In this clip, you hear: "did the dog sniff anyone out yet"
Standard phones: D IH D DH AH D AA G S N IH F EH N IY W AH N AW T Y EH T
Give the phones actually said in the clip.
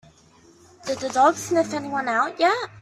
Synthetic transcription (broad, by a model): D IH D DH AH D AA G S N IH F EH N IY W AH N AW T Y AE